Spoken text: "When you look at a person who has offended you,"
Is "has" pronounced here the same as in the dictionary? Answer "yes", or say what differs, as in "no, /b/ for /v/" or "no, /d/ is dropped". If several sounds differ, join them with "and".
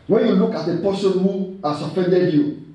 no, /s/ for /z/